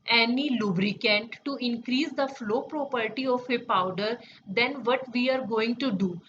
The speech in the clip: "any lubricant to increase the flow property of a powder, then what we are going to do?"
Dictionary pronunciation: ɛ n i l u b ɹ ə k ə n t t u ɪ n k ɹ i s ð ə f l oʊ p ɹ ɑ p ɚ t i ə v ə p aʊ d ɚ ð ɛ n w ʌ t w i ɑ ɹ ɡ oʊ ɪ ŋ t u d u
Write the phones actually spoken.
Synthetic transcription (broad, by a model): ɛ n i l u b ɹ ə k ə n t t u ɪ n k ɹ i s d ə f l oʊ p ɹ ɑ p ɚ t i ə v ə p aʊ d ɚ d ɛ n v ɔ t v i ɑ ɹ ɡ oʊ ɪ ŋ t u d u